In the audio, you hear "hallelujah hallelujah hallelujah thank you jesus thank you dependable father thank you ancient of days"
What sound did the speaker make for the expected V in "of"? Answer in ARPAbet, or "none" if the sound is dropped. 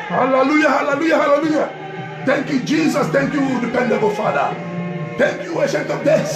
P